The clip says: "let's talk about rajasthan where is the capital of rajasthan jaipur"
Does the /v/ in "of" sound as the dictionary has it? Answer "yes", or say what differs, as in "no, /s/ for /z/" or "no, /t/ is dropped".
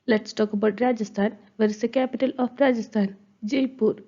no, /p/ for /v/